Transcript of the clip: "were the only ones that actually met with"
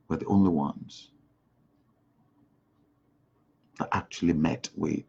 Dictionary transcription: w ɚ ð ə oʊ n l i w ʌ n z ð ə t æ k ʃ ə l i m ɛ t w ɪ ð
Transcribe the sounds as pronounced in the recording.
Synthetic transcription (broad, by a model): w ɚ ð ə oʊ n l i w ʌ n z ð ə t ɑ k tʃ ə l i m ɛ t w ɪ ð